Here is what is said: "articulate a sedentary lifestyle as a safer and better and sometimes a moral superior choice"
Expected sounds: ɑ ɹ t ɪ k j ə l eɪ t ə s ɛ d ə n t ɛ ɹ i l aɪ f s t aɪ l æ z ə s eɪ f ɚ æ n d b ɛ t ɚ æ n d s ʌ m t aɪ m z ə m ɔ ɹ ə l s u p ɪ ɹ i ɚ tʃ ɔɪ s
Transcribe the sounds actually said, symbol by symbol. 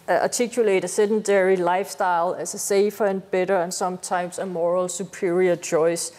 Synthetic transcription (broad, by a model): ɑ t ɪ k j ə l eɪ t ə s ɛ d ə n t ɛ ɹ i l aɪ f s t aɪ l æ s ə s eɪ f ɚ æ n b ɛ t ɚ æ n s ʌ m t aɪ m s ə m ɔ ɹ ə l s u p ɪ ɹ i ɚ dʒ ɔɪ s